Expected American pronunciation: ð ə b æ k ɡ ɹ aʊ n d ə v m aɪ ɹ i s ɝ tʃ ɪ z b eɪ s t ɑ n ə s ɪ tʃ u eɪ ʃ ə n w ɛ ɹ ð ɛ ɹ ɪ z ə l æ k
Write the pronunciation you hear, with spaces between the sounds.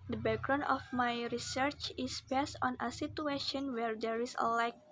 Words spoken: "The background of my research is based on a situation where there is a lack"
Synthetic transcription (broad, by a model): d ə b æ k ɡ ɹ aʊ n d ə f m aɪ ɹ i s ɝ tʃ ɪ s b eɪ s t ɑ n ə s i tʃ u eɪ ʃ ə n w ɛ ɹ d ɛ ɹ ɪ s ə l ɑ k